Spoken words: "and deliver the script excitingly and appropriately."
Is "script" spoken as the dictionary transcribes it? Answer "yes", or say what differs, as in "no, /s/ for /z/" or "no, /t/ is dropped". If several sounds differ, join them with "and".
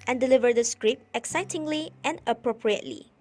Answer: no, /t/ is dropped